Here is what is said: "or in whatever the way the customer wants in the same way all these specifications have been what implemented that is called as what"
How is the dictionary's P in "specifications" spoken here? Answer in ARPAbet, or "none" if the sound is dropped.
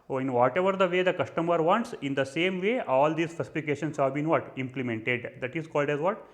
F